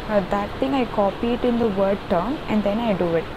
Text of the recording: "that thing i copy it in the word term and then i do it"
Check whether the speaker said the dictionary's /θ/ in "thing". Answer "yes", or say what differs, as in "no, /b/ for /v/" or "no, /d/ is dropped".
no, /t/ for /θ/